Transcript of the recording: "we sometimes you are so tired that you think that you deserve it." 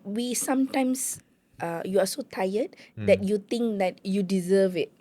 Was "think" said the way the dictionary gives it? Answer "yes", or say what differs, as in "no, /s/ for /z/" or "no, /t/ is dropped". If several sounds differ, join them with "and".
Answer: no, /t/ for /θ/